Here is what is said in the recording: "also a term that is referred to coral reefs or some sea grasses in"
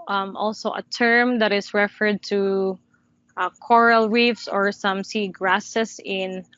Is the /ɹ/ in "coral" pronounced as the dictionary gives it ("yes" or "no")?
yes